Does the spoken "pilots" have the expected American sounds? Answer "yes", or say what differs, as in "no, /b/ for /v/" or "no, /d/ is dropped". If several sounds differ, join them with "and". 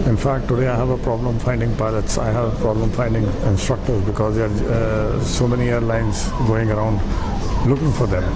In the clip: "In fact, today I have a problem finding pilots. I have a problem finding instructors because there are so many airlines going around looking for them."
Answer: yes